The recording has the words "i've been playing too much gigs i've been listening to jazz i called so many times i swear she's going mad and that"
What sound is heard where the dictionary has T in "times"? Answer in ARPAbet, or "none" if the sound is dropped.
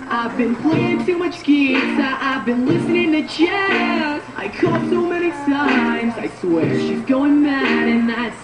S